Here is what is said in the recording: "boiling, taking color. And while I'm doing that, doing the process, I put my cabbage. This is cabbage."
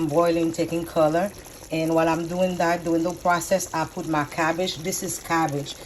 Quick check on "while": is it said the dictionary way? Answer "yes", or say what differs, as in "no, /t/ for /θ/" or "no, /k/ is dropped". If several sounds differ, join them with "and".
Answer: yes